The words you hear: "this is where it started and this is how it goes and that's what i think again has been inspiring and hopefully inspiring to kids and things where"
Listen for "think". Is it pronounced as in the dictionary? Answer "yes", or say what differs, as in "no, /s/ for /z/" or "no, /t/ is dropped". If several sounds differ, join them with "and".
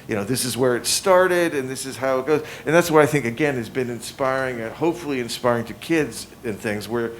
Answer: yes